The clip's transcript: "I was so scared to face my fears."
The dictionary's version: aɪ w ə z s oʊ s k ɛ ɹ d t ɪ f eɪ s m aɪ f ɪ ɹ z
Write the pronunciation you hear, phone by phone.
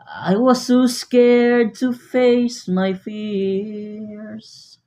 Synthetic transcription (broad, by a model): aɪ w ə z s oʊ s k ɛ ɹ d t ɪ f eɪ s m aɪ f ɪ ɹ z